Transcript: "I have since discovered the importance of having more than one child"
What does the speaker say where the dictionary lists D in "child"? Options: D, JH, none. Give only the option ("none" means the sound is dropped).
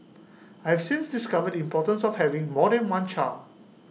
none